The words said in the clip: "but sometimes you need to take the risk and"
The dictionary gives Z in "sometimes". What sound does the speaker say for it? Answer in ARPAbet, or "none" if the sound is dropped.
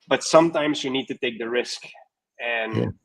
Z